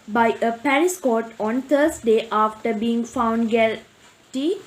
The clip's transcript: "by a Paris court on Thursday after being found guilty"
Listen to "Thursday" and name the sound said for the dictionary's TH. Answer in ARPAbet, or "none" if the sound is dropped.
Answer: T